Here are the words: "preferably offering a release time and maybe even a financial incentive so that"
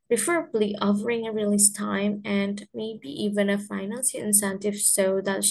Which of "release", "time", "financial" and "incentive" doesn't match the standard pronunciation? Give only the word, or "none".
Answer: financial